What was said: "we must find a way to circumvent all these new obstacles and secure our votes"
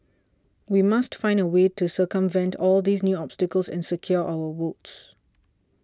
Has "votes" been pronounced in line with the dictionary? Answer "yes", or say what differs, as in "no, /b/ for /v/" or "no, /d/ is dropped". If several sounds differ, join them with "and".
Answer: no, /w/ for /v/